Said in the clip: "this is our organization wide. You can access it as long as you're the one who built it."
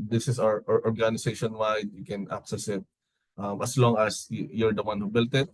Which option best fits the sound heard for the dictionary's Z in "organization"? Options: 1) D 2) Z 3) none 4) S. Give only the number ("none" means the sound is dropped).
4